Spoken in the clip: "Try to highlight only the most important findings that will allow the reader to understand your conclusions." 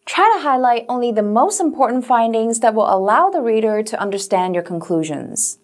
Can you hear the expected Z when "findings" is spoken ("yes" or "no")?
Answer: yes